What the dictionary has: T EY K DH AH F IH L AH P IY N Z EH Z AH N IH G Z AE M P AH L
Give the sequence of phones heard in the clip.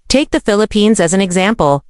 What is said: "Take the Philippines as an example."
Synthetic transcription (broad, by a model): T EY K DH AH F IH L AH P IY N Z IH Z N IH G Z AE M P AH L